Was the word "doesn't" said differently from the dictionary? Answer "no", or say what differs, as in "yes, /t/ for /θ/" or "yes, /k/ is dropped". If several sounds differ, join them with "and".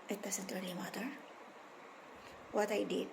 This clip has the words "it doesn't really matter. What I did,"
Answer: yes, /s/ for /z/